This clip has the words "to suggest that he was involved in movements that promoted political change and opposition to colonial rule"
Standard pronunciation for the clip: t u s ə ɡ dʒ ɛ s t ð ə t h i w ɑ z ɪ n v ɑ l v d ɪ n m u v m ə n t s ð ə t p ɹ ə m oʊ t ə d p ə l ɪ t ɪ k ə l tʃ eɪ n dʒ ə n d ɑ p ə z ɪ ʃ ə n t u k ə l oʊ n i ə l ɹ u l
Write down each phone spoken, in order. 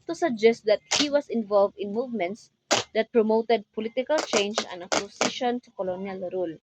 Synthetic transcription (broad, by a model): t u s ə ɡ dʒ ɛ s t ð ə t h i w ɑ s ɪ n v ɑ l v d ɪ n m u v m ə n t s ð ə t p ɹ ə m oʊ t ə d p ə l ɪ t ɪ k ə l tʃ eɪ n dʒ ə n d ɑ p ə s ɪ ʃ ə n t u k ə l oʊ n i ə l ɹ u l